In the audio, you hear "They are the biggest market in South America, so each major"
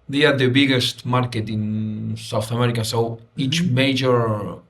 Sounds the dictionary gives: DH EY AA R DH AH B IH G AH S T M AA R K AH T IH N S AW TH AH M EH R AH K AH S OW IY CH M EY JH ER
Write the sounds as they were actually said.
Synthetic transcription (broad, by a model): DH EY AA R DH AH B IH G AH S T M AA R K AH T IH N S AW TH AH M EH R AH K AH S OW IY CH M EY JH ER